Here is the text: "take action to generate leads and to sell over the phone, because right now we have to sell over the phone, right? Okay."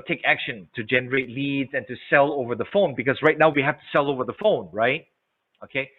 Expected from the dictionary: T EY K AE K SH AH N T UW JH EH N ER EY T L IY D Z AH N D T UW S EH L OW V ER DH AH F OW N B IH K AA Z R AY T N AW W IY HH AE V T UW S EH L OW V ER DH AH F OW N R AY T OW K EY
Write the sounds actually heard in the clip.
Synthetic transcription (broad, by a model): T EY K AE K SH AH N T UW JH EH N ER EY T L IY D Z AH N T UW S EH L OW V ER DH AH F OW N B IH K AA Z R AY T N AW W IY HH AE F T UW S EH L OW V ER DH AH F OW N R AY T OW K EY